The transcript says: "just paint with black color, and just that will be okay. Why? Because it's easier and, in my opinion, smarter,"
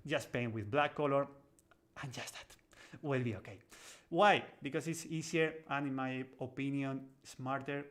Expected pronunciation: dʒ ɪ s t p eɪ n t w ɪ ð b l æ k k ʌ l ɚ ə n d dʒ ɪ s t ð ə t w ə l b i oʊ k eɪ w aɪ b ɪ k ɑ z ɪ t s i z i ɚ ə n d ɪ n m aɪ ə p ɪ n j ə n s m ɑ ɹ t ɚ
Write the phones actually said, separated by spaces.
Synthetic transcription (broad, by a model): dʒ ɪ s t p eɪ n w ɪ ð b l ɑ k k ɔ l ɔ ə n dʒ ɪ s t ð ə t w ə l b i oʊ k eɪ w aɪ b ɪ k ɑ s ɪ t s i s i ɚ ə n ɪ n m aɪ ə p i n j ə n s m ɑ ɹ t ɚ